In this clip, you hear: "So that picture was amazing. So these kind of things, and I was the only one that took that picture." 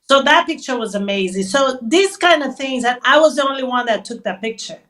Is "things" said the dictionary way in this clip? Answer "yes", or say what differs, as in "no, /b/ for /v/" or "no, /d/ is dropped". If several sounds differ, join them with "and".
yes